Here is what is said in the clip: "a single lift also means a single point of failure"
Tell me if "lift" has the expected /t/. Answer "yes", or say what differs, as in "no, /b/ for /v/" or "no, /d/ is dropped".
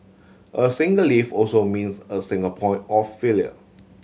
no, /t/ is dropped